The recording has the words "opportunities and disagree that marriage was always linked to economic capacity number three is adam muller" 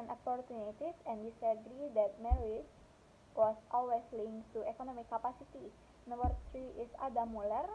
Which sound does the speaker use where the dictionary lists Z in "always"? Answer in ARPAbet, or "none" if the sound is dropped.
S